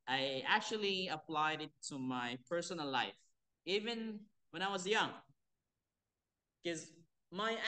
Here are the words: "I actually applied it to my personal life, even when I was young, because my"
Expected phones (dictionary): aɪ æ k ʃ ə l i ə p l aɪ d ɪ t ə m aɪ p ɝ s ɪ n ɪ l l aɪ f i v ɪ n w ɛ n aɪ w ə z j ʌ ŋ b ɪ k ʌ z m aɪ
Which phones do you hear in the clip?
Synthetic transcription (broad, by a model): aɪ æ k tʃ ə l i ə p l aɪ d ɪ t ə m aɪ p ɝ s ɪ n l l aɪ f i v ɪ n w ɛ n aɪ w ə z j ʌ ŋ k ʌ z m aɪ